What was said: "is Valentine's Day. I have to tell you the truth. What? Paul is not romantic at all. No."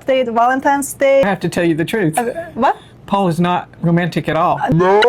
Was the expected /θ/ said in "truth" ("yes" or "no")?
yes